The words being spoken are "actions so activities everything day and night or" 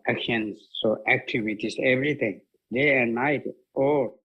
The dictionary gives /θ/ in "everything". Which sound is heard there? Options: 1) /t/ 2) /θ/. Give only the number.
1